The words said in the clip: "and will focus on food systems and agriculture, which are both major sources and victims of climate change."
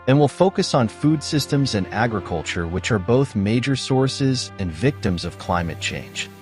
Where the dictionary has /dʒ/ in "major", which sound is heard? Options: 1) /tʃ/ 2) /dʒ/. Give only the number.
2